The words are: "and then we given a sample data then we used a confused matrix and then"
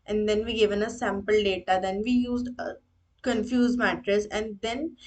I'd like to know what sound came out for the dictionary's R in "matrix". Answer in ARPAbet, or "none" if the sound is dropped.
none